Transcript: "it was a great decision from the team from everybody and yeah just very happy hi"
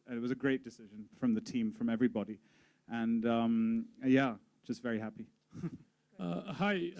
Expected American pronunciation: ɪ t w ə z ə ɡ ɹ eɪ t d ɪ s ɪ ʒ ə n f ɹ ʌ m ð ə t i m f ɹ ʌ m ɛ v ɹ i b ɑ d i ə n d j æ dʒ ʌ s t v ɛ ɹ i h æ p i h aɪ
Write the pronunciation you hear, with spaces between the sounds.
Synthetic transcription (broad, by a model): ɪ t w ə z ə ɡ ɹ eɪ t d ɪ s ɪ ʒ ə n f ɹ ʌ m ð ə t i m f ɹ ʌ m ɛ v ɹ i b ɑ d i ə n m j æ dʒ ʌ s t v ɛ ɹ i h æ p i h aɪ